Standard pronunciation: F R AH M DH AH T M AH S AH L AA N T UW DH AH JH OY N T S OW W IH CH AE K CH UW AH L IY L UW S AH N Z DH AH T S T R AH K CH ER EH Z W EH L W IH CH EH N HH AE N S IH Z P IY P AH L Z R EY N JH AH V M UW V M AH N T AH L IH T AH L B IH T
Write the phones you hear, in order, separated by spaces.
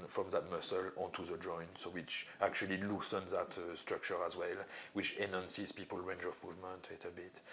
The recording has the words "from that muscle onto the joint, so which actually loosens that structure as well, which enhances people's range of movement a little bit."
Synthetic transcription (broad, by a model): F R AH M DH AH T M AH S AH L AA N T UW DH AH JH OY N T S OW W IH CH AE K CH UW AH L IY L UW S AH N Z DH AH T S T R AH K CH ER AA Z W EH L W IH CH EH N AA N S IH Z P IY P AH L R EY N JH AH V M UW V M AH N T AH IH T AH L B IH T